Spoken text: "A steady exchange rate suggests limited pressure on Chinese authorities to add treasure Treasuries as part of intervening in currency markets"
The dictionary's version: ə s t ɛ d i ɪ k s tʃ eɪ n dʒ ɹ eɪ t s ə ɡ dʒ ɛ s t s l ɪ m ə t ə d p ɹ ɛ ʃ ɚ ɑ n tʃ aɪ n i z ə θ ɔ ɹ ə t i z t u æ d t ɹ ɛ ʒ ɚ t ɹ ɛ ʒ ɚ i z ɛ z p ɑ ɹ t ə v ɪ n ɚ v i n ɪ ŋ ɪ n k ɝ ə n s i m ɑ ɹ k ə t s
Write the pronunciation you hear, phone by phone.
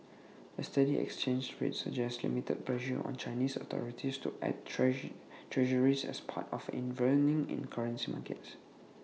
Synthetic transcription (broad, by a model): ə s t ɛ d i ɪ k s tʃ eɪ n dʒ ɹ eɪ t s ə dʒ ɛ s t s l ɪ m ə t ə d p l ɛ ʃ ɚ ɑ n tʃ aɪ n i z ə t ɔ ɹ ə t i s t u t ɛ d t t ɹ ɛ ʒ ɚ i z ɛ s p ɑ t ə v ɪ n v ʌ n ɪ ŋ ɪ n k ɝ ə n s i m ɑ k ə t s